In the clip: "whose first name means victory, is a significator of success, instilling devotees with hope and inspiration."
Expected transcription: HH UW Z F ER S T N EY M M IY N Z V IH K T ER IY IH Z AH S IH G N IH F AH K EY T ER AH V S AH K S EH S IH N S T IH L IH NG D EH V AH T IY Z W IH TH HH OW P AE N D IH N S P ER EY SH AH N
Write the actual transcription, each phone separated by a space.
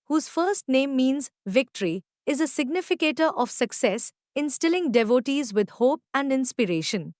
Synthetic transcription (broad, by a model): HH UW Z F ER S T N EY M M IY N Z V IH K T ER IY IH Z AH S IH G N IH F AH K EY T ER AH V S AH K S EH S IH N S T IH L IH NG D EH V AH T IY Z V IH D HH OW P AE N D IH N S P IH EY SH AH N